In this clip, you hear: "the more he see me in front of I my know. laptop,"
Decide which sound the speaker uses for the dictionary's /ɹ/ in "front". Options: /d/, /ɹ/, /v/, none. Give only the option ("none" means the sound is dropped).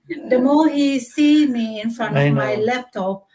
/ɹ/